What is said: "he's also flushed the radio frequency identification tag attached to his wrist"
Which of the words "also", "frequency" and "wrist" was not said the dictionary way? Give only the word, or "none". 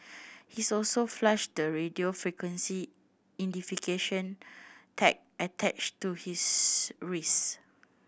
wrist